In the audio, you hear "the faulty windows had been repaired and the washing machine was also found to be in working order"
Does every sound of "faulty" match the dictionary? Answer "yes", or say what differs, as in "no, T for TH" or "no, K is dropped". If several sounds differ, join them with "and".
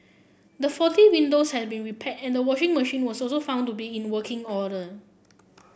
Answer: no, L is dropped